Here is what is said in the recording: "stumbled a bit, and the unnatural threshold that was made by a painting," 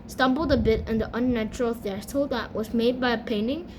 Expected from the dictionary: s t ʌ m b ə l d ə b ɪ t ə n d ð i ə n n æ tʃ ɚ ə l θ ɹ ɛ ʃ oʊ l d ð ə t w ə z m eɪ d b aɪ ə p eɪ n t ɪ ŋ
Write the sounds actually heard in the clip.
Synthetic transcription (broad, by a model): s t ʌ m b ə l d ə b ɪ t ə n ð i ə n n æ tʃ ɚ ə l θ ɛ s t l ð ə t w ə z m eɪ d b aɪ ə p eɪ n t ɪ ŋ